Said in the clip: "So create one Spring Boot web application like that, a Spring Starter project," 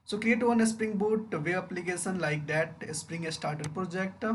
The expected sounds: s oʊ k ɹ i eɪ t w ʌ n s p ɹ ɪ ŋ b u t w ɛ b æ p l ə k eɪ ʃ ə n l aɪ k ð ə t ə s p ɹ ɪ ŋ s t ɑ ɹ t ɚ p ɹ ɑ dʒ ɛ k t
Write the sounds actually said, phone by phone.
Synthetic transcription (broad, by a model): s oʊ k l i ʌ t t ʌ n s p ɹ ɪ ŋ b u t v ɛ ʌ p l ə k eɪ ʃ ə n l aɪ k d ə t ə s p ɹ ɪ ŋ s t ɑ ɹ t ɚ p ɹ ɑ dʒ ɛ k t